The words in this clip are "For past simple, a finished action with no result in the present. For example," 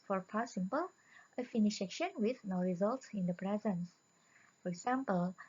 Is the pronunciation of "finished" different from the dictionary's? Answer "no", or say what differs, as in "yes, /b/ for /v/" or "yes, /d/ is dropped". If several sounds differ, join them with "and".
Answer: yes, /t/ is dropped